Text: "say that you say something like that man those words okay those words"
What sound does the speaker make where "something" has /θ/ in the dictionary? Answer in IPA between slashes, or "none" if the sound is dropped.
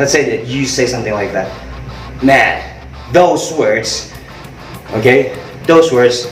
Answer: /θ/